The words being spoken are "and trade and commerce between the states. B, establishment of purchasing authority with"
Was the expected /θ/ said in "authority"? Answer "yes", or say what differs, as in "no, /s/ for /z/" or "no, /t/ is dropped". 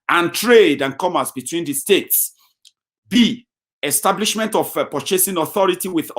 yes